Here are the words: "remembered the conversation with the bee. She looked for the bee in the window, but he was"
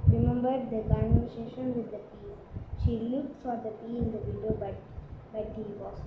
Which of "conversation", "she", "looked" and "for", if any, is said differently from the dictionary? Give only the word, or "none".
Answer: conversation